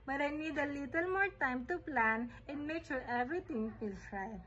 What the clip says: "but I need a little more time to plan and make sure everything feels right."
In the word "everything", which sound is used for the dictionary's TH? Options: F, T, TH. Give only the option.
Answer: T